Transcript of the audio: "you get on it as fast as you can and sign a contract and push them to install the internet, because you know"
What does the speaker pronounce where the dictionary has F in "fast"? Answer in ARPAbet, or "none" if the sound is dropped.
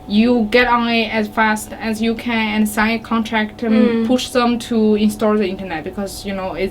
F